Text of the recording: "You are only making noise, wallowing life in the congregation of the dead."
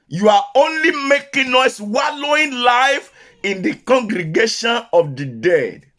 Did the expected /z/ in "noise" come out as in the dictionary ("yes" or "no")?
no